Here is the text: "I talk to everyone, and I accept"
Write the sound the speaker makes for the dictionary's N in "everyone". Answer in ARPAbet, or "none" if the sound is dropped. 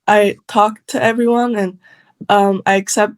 N